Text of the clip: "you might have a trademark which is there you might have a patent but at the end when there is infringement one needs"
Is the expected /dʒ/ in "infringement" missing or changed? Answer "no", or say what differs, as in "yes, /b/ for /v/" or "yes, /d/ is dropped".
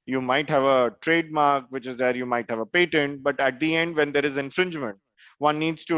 no